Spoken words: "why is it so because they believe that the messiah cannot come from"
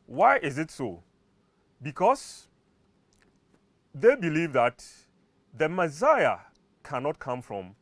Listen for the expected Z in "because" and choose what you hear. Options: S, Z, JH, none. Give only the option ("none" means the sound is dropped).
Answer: S